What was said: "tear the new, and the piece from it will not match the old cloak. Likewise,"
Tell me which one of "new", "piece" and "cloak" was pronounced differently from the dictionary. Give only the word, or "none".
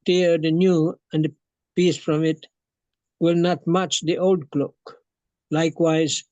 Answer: none